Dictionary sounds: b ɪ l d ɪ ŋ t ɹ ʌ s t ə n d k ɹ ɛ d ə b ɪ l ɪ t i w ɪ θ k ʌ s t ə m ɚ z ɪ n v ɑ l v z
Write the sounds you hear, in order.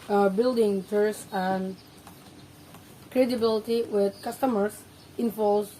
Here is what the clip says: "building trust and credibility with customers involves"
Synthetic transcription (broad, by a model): b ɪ l d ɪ ŋ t ʌ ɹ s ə n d k ɹ ɛ d ə b ɪ l ɪ t i w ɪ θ k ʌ s t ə m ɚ s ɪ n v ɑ l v